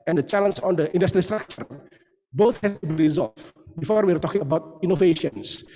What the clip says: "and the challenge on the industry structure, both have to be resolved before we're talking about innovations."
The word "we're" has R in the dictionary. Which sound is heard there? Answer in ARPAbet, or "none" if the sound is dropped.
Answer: R